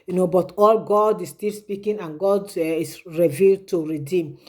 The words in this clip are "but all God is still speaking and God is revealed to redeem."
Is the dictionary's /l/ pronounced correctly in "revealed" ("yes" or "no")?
yes